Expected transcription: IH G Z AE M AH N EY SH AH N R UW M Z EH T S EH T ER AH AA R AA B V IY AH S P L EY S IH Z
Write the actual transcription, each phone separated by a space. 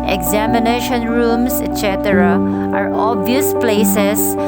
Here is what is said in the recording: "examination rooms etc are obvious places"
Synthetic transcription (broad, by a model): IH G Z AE M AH N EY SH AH N R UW M S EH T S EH T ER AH AA R AA B V IY AH S P L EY S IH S